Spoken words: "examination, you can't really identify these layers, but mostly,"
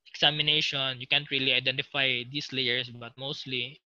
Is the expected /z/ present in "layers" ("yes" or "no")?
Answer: no